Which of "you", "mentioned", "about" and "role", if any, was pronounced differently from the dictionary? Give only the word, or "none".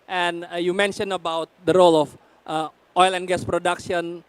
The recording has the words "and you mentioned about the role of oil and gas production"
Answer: mentioned